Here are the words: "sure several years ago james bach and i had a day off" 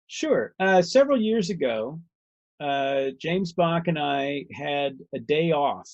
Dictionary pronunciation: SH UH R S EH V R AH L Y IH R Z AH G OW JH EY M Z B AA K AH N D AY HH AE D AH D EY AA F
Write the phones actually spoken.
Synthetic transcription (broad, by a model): SH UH R S EH V R L Y IH R Z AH G OW JH EY M Z B AA K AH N AY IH D AH D EY AA F